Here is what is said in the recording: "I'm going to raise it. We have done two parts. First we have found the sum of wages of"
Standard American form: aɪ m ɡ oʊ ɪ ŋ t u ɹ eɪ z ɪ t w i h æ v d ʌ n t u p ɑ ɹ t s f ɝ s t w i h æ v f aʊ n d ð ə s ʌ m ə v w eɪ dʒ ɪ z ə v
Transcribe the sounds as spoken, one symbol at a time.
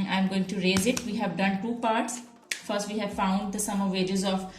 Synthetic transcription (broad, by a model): aɪ m ɡ oʊ ɪ ŋ t u ɹ eɪ z ɪ t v i h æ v d ʌ n t u p ɑ ɹ t s f ɝ s t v i h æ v f aʊ n d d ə s ʌ m ə v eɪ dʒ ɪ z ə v